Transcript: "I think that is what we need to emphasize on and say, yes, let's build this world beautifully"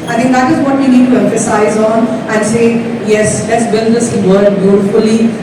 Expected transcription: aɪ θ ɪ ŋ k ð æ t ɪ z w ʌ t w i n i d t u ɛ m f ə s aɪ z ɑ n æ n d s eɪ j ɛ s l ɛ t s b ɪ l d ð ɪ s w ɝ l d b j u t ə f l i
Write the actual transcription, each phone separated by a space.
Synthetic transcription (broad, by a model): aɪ t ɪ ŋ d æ t ɪ z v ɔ t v i n i d t u ɛ m f ə s aɪ z ɑ n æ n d s eɪ j ɛ s l ɛ t s b ɪ l d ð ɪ s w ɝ d b j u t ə f l i